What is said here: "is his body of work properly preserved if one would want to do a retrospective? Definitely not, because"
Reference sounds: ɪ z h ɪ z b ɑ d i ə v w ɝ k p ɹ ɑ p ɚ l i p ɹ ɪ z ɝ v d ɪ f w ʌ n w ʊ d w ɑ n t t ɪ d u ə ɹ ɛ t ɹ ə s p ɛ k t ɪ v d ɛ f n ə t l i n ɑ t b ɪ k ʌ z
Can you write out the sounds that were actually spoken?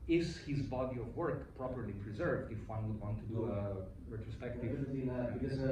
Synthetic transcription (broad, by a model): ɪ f h ɪ z b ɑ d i ə v w ɝ k p ɹ ɑ p ɚ l i p ɹ ɪ z ɝ v d ɪ f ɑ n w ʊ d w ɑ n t t ɪ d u ə ɹ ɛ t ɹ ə s p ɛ k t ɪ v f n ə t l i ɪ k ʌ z